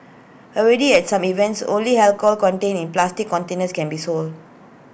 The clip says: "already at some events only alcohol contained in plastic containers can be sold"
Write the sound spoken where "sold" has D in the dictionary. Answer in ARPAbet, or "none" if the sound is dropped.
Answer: D